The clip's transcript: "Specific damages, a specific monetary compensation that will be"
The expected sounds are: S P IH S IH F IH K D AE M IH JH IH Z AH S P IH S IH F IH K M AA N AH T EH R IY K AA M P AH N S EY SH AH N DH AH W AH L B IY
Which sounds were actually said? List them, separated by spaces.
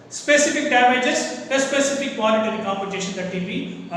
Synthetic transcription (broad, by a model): S P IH S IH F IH K D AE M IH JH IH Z AH S P IH S IH F IH K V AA L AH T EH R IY K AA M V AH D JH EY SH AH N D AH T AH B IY